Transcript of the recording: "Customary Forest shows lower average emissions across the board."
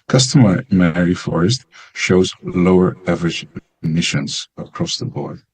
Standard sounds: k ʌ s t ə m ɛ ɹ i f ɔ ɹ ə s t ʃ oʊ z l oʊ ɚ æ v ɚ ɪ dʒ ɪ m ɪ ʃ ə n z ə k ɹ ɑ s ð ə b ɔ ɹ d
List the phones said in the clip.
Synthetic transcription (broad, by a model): k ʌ s t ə m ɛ ɹ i f ɔ ɹ ə s t ʃ oʊ z l oʊ ɚ æ v ɚ ɪ dʒ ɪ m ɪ ʃ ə n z ə k ɹ ɑ s ð ə b ɔ ɹ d